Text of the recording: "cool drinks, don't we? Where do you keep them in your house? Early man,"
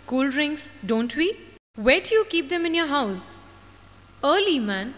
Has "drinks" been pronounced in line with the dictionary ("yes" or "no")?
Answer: no